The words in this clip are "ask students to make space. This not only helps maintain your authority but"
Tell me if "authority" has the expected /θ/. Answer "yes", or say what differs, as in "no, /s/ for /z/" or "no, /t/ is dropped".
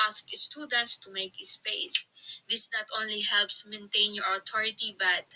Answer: no, /t/ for /θ/